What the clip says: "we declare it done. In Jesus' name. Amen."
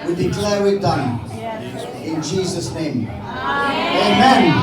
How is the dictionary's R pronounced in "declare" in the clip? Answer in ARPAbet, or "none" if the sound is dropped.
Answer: W